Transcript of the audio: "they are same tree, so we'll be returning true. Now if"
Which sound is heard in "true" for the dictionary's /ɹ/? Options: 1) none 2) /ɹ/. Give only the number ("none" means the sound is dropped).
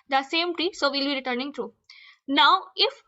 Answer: 2